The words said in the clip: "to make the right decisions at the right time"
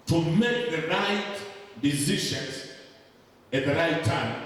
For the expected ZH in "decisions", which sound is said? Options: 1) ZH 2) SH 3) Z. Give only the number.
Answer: 2